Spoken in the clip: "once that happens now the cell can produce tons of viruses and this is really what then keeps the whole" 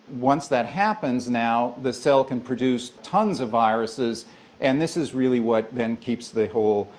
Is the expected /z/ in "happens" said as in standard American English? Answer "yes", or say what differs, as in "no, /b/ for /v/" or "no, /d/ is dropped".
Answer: yes